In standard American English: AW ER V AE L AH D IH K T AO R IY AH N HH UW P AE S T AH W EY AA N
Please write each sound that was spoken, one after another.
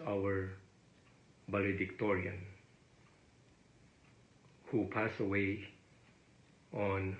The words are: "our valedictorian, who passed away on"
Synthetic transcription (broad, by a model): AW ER B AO L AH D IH K T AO R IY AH N HH UW P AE S AH W EY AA N